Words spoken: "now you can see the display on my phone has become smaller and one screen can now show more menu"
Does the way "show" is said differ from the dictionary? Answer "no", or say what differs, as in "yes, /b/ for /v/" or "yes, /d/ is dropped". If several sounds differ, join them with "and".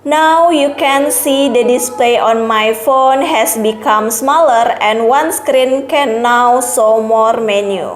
yes, /s/ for /ʃ/